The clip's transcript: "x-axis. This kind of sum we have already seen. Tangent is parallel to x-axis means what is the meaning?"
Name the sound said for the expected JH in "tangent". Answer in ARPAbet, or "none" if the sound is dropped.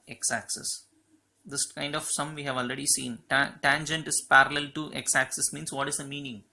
JH